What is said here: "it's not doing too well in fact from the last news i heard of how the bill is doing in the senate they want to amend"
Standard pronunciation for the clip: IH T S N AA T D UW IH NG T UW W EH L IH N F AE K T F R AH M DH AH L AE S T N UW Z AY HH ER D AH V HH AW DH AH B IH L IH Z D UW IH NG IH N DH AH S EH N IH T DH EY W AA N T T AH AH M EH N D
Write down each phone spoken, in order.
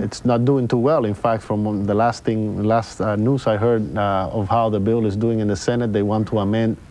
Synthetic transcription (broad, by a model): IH T S N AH T D UW IH NG T UW W EH L IH N F AE K T F R AH M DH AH L AE S T N UW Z AY HH ER D AH V HH AW DH AH B IH L IH Z D UW IH NG IH N DH AH S EH N IH T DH EY W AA N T T AH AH M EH N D